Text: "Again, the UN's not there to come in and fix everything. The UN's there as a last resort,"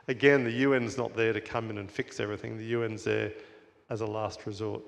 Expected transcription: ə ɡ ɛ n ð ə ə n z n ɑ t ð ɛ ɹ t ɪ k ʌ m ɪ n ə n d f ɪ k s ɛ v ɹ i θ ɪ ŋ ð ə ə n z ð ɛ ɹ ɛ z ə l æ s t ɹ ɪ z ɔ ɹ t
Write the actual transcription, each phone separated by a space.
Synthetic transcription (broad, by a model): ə ɡ ɛ n ð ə ə n z n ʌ t ð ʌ ɹ t ɪ k ʌ m ɪ n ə n f ɪ k s ɛ v ɹ i θ ɪ ŋ ð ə ə n z ð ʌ ɹ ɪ z ə l æ s t ɹ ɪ z ɔ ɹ t